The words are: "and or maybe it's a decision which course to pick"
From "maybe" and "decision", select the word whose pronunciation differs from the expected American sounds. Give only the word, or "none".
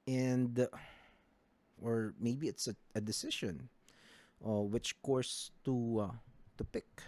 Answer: decision